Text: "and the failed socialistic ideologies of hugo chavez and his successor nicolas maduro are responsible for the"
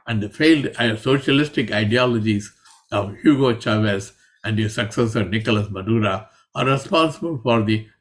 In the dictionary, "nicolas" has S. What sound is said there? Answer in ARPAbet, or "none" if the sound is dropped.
S